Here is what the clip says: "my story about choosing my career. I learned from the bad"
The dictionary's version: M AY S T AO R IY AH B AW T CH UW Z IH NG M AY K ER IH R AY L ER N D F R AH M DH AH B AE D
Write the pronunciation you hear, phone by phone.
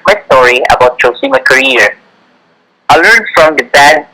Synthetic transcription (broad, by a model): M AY S T AO R IY AH B AW T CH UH S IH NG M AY K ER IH R AY L ER N D F R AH M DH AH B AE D